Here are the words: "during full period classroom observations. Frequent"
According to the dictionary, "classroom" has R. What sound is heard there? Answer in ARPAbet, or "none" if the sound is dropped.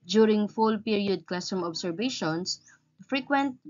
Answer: none